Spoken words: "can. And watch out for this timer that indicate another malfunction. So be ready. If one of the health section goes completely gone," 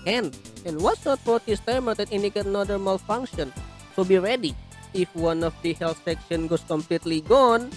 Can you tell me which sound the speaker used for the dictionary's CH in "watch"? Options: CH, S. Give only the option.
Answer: S